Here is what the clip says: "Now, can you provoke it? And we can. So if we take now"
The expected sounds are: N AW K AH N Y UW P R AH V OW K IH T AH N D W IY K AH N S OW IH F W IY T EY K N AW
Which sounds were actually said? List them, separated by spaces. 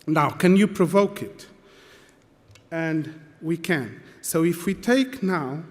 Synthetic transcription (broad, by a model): N AW K AH N Y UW P R AH V OW K IH T AH N D W IY K AH N S OW IH F W IY T EY K N AW